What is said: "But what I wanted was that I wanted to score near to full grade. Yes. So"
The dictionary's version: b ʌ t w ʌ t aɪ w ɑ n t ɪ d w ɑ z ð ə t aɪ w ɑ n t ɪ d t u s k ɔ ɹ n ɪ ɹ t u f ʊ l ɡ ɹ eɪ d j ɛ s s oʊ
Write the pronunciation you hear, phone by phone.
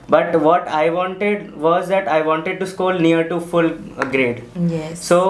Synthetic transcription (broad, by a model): b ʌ t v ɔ t aɪ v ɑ n t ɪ d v ɑ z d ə t aɪ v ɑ n t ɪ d t u s k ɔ l n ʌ ɹ t u f ʊ l ɡ ɹ eɪ d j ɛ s s oʊ